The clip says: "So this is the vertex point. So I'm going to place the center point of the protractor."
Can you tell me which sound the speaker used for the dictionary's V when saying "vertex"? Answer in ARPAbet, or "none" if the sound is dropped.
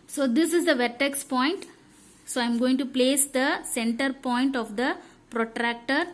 V